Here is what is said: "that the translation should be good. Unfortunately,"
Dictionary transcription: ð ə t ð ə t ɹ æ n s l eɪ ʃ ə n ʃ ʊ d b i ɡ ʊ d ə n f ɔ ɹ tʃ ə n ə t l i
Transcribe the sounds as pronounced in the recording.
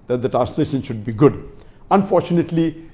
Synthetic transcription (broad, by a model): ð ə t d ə t æ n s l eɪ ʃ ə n ʃ ʊ d b i ɡ ʊ d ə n f ɔ ɹ tʃ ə n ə t l i